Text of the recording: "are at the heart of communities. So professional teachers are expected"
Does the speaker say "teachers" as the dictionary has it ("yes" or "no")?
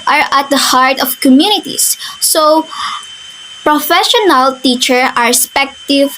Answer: no